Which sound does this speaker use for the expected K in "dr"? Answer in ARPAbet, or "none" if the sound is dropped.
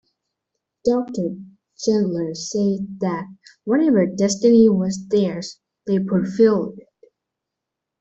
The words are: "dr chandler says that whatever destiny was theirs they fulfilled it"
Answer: K